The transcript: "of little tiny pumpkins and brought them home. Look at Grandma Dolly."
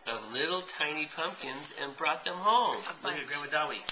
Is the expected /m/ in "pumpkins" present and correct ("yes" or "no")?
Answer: yes